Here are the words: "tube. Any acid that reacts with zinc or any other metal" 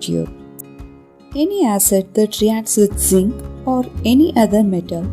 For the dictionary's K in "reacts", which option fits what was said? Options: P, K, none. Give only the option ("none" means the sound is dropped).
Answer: none